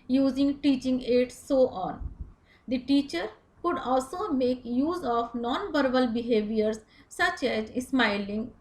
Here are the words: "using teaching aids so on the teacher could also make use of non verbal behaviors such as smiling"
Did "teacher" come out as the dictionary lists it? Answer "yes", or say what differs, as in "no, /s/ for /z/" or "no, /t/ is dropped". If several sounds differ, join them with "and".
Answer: yes